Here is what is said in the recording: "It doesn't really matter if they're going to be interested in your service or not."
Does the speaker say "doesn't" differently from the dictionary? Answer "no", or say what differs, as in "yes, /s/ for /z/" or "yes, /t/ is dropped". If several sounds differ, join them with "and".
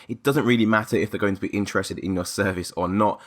no